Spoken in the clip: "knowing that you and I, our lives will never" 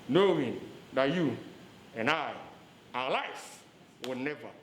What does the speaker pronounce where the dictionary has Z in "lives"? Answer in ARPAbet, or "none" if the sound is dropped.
none